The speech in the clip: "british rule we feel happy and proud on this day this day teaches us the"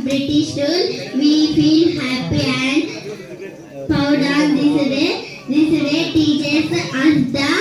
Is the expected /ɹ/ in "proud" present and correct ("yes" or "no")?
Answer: no